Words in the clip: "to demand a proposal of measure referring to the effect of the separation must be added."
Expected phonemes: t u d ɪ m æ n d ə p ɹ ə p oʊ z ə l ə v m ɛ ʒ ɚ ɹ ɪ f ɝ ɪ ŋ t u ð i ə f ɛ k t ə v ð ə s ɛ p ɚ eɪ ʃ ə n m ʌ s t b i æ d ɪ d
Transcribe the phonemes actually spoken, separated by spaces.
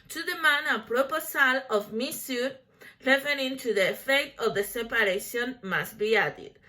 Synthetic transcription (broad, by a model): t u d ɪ m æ n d ə p ɹ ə p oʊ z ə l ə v m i s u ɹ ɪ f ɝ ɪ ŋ t u ð i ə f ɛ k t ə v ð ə s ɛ p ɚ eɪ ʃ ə n m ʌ s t b i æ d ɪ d